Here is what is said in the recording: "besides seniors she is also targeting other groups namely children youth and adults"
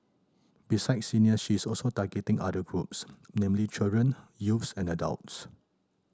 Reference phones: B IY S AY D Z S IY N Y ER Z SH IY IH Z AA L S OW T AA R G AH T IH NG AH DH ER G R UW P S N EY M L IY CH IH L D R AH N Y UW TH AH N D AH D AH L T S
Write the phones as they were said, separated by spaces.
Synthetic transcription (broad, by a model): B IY S AY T S IY N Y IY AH SH IY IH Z AA L S OW T AA G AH T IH NG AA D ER G R UW P S N EY M L IY CH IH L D R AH N Y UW S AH N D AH D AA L T S